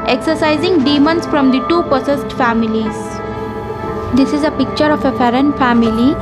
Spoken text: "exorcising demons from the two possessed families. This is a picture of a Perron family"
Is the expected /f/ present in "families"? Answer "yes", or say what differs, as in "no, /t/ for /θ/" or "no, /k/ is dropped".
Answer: yes